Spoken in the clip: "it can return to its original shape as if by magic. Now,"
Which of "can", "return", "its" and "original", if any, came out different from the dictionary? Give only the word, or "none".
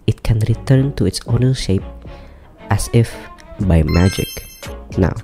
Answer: original